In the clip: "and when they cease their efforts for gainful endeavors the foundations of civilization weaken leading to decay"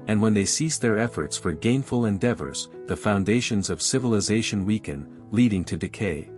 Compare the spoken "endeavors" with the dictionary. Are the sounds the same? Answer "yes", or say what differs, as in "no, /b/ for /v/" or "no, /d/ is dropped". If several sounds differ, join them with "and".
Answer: yes